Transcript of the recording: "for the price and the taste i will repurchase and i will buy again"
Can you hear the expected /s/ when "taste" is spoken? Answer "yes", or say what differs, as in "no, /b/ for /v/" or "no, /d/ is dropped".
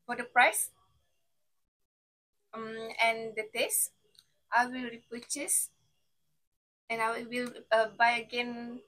yes